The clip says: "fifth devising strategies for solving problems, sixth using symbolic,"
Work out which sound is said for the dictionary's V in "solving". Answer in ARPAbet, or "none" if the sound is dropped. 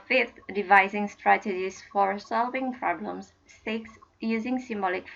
V